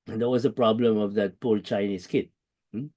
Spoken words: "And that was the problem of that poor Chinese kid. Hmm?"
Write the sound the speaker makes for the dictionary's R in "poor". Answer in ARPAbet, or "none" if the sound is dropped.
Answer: L